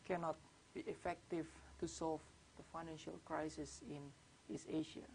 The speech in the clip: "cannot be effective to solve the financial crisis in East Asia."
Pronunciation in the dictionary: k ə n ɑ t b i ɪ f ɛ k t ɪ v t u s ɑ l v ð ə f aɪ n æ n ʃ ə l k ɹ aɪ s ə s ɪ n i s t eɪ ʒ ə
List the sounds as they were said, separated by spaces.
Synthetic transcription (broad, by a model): k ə n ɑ t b i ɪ f ɛ k t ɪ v t u s ɑ l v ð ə f aɪ n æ n ʃ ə l k ɹ aɪ s ə s ɪ n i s eɪ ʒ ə